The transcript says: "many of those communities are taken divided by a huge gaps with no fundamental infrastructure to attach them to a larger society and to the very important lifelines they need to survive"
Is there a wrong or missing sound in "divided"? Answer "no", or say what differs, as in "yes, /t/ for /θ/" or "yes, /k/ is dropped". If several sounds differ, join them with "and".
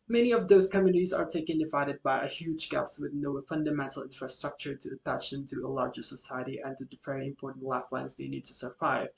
no